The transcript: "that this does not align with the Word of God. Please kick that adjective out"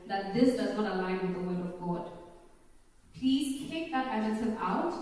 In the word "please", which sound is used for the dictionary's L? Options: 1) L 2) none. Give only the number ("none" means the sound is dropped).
1